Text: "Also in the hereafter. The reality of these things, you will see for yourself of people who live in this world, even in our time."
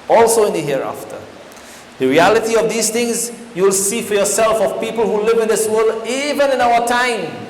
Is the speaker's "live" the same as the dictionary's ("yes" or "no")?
yes